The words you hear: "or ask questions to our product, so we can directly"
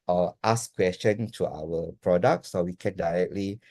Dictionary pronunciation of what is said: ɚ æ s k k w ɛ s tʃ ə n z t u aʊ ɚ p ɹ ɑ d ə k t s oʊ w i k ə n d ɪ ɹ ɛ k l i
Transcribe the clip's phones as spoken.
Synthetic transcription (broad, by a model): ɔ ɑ s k k w ɛ s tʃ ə n t u aʊ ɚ p ɹ ɑ d ə k t s oʊ w i k ə n d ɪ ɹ ɛ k l i